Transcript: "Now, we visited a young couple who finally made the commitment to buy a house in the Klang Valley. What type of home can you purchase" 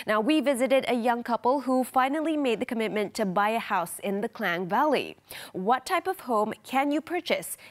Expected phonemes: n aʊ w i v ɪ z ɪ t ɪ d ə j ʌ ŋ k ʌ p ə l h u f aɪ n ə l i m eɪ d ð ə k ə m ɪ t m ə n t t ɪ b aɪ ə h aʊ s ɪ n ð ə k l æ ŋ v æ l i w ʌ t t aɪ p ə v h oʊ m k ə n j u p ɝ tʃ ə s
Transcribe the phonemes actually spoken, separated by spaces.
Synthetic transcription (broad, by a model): n aʊ w i v ɪ z ɪ t ɪ d ə j ʌ ŋ k ʌ p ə l h u f aɪ n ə l i m eɪ d ð ə k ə m ɪ t m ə n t t ɪ b aɪ ə h aʊ s ɪ n ð ə k l æ ŋ v æ l i w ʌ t t aɪ p ə v h oʊ m k ə n j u p ɝ tʃ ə s